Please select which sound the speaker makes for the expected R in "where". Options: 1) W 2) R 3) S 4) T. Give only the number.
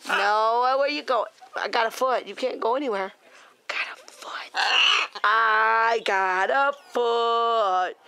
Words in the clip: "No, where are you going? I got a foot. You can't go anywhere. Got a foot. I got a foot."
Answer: 1